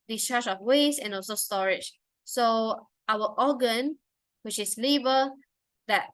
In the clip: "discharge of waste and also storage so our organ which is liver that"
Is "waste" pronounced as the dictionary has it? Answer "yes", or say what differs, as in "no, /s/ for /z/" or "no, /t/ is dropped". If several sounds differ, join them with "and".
no, /t/ is dropped